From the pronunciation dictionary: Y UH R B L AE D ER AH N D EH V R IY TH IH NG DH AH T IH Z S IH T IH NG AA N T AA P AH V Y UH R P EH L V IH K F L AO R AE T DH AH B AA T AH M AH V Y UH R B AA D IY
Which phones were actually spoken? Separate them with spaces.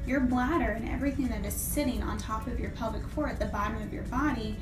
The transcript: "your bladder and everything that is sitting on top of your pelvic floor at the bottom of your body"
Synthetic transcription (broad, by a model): Y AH R B L AE D ER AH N EH V R IY TH IH NG DH AH T IH Z S IH T IH NG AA N T AA P AH V Y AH R P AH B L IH K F AO R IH T DH AH B AA T AH M AH V Y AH R B AA D IY